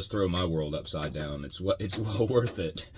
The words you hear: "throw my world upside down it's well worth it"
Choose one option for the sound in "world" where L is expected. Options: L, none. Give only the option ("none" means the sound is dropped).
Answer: L